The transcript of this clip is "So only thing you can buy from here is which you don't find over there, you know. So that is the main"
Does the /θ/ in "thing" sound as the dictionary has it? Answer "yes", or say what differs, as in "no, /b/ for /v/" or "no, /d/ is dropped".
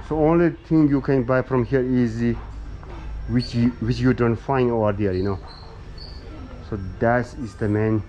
no, /t/ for /θ/